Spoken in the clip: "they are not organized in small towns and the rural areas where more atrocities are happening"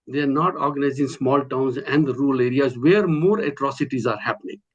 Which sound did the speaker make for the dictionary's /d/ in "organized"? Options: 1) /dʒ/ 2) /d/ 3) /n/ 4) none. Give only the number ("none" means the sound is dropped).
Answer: 4